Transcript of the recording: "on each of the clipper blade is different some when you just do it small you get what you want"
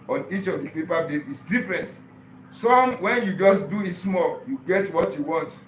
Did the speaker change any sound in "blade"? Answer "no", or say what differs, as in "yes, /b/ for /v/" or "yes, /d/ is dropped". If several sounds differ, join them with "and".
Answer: yes, /l/ is dropped